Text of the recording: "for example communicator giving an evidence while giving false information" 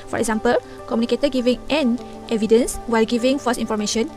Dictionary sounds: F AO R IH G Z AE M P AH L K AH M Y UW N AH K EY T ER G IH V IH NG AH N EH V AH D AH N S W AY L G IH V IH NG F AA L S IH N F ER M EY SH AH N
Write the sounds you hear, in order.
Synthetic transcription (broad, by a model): F AO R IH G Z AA M P AH L K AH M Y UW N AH K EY T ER G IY V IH NG AH N EH V AH D AH N S W AY L G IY V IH NG F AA S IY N F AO M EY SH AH N